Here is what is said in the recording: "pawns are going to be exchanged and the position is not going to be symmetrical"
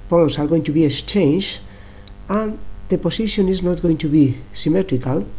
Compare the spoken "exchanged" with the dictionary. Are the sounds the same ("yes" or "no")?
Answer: no